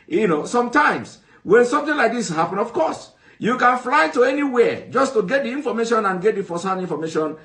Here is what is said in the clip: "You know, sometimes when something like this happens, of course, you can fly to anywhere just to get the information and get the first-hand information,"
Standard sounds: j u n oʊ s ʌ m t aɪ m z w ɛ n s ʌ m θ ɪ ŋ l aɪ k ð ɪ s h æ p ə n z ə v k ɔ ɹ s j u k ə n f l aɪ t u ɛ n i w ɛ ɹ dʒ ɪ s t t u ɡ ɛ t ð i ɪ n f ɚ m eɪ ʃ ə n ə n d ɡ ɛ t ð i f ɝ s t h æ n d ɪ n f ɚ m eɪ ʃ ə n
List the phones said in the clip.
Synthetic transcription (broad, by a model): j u n oʊ s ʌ m t aɪ m s w ɛ n s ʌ m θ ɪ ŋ l aɪ k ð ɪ s h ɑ p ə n ə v k ɔ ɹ s j u k ə n f l aɪ t u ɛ n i w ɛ dʒ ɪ s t t u ɡ ɛ t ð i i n f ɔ m eɪ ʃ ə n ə n ɡ ɛ t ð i f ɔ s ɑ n i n f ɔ m eɪ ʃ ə n